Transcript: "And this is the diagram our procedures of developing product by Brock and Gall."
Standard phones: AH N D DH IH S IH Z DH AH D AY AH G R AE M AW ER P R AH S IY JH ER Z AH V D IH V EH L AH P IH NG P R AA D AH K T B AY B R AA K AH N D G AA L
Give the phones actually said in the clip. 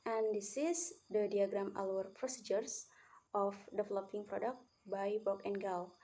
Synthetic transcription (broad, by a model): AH N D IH S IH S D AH D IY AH G R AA M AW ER P R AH S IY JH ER S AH F D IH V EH L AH P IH NG P R AA D AH K T B AY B AA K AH N G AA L